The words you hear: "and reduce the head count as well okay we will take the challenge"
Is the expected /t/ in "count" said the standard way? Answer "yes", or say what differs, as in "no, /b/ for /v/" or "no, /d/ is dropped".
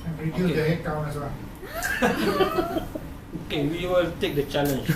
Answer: no, /t/ is dropped